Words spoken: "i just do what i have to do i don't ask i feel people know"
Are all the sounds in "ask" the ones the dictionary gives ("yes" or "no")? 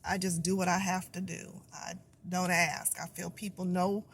yes